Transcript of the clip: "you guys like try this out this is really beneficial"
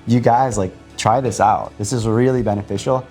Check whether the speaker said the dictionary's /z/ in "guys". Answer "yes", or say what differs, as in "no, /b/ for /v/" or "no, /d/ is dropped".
yes